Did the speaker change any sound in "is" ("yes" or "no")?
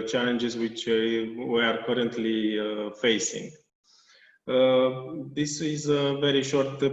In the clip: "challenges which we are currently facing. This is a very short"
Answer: no